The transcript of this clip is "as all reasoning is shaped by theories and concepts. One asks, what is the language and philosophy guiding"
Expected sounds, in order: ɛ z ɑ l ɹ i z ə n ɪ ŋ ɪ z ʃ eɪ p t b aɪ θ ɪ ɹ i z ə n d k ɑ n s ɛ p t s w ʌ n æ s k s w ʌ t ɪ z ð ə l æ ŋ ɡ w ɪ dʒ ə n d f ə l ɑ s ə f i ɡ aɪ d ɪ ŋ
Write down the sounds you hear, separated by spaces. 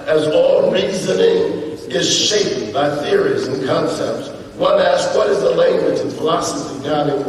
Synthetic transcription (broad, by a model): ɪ z ɑ l ɹ i z ə n ɪ ŋ ɪ z ʃ eɪ p t b aɪ θ ɪ ɹ i z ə n k ɑ n s ɛ p t s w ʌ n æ s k w ʌ t ɪ z ð ə l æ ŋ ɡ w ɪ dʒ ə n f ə l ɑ s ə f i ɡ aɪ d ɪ